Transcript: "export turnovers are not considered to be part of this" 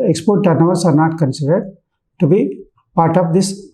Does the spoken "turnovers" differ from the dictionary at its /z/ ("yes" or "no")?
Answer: yes